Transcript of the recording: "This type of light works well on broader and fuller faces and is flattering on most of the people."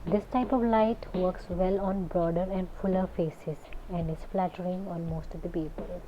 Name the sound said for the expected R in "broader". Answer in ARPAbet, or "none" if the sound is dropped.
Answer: R